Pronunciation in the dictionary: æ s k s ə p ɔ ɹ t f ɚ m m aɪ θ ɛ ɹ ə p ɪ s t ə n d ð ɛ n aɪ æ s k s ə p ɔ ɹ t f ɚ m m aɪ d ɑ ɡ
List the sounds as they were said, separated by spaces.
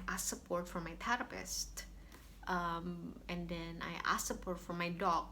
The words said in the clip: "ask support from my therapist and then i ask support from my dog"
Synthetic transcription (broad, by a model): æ s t s ə p ɔ ɹ t f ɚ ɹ m aɪ t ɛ ɹ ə p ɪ s t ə n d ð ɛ n aɪ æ s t s ə p ɔ ɹ t f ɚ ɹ m aɪ d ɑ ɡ